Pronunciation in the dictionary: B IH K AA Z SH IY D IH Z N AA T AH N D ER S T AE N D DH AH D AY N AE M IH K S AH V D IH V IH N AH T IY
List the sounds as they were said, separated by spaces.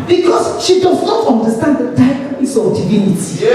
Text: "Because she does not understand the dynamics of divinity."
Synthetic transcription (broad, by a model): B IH K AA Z SH IY D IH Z N AA T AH N D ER S T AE N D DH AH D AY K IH S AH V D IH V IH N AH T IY